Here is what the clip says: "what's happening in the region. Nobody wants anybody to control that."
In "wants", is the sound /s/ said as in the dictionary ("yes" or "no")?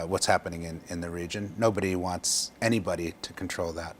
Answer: yes